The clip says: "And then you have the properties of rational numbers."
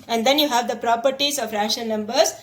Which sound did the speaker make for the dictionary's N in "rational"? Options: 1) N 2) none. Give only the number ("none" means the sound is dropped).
2